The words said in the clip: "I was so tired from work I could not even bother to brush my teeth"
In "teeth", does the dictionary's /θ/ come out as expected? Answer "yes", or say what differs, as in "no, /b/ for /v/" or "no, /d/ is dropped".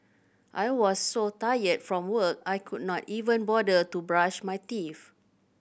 no, /f/ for /θ/